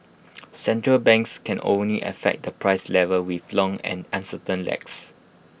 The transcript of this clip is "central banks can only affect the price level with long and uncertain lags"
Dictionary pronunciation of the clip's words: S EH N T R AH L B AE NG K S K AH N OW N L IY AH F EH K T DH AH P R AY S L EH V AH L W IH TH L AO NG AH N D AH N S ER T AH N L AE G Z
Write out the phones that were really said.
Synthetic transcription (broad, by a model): S EH N T R AH L B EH NG K S K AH N OW N L IY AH F EH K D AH P R AY S L EH V AH L W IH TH L AO NG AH N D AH N S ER T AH N L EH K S